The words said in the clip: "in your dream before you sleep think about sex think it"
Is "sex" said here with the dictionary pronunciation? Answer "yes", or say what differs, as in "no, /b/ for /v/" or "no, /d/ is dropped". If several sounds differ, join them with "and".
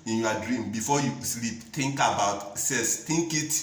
no, /k/ is dropped